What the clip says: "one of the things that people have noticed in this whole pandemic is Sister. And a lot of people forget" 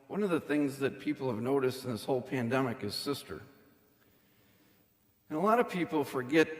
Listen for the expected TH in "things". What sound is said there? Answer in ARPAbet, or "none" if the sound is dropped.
TH